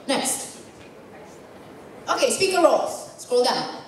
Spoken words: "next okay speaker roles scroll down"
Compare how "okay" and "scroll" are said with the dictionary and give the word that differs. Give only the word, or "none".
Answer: scroll